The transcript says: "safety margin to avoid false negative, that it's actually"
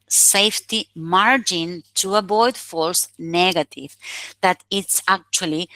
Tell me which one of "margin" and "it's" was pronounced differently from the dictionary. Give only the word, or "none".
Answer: none